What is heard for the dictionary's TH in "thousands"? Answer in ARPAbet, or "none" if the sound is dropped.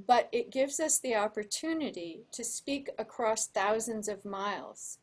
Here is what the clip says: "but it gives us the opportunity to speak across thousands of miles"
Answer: TH